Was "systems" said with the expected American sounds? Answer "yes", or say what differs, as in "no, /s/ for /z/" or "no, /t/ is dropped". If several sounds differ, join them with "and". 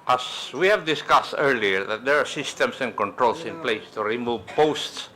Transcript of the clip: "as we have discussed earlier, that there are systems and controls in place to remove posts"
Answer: no, /s/ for /z/